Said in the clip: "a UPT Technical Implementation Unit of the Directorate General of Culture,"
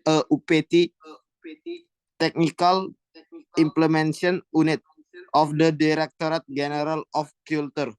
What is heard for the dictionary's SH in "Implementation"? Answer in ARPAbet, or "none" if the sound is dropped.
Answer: none